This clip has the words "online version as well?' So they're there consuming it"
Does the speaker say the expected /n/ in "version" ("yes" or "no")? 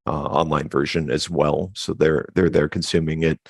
yes